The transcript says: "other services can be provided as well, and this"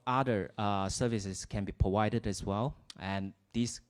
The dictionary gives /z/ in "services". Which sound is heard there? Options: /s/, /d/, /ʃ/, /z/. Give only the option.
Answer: /s/